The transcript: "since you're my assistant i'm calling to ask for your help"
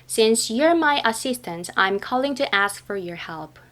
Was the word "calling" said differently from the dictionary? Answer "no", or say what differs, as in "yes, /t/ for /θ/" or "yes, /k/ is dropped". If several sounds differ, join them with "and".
no